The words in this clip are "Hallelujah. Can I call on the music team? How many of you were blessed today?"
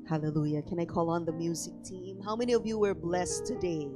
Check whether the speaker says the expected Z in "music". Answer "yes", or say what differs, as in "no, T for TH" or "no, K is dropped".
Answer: yes